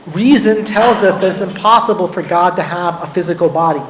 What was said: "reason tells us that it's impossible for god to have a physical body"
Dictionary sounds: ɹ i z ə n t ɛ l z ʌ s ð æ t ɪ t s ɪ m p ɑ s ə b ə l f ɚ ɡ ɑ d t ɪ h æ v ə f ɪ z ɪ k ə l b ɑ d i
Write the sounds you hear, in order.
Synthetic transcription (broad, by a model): ɹ i z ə n t ɛ l z ʌ s ð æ t ɪ t s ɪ m p ɑ s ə b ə l f ɚ ɡ ɑ d t ɪ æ v ə f ɪ z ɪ k l b ɑ d i